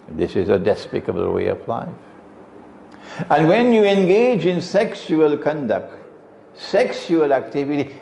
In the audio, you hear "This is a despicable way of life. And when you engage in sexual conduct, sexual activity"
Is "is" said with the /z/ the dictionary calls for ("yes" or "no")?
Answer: yes